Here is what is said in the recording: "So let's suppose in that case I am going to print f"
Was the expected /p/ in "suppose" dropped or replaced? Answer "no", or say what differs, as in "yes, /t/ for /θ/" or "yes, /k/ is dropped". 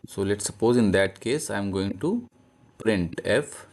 no